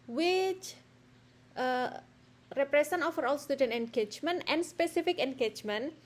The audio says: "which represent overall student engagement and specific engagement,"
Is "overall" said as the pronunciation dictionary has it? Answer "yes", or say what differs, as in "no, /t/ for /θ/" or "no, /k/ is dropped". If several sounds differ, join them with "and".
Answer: no, /f/ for /v/